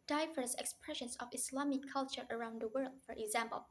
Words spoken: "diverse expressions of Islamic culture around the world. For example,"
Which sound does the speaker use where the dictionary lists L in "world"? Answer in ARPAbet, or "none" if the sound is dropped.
L